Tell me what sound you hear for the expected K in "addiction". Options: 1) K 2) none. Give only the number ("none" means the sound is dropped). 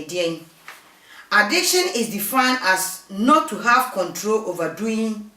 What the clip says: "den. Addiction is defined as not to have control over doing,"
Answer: 1